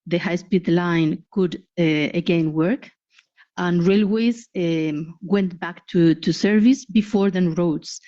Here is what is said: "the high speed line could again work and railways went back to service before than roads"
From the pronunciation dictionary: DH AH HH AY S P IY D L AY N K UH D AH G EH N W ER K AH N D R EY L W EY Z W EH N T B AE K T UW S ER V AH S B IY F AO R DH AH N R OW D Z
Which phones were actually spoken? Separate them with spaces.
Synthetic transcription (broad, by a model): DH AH HH AY S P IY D L AY N K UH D AH G EH N W ER K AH N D R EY L W EY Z W EH N T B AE K T UW S ER V AH S B IY F AO R DH AH N R OW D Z